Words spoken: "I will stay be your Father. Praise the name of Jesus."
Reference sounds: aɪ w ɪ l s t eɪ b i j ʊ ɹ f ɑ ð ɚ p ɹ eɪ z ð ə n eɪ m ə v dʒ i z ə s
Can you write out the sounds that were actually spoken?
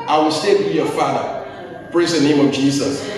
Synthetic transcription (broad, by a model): aɪ w ɪ l s t eɪ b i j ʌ f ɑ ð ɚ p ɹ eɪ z ð ə n eɪ m ə v dʒ i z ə s